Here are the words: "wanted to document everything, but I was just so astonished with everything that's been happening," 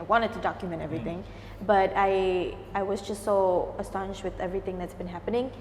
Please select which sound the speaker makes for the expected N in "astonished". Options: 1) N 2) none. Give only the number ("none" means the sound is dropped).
1